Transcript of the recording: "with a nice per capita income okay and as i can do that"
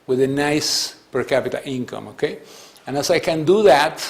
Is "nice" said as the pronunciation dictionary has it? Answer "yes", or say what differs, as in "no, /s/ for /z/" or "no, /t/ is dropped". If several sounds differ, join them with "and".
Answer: yes